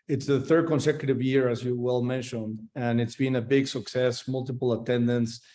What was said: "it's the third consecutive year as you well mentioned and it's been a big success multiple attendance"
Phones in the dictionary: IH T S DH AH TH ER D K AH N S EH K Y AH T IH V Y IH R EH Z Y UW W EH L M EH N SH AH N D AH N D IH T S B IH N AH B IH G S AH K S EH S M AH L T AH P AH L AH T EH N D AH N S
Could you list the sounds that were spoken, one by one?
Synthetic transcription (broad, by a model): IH T S DH AH TH ER D K AH N S EH K Y AH T IH V Y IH R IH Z Y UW W EH L M EH N SH AH N D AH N IH T S B IH N AH B IH G S AH K S EH S M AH L T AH P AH L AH T EH N D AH N S